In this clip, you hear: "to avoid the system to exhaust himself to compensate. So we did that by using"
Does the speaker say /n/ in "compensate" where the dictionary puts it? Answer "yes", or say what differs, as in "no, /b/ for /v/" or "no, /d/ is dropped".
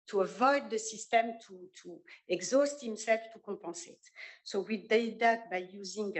no, /n/ is dropped